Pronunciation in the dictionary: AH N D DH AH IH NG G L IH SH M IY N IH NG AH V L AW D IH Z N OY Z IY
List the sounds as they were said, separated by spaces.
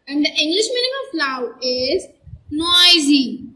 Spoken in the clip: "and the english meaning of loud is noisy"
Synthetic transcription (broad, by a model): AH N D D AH IH NG G L IH SH M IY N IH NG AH F L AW IH Z N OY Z IY